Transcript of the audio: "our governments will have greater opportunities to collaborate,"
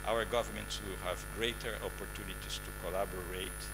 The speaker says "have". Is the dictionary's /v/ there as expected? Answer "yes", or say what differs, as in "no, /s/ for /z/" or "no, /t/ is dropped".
yes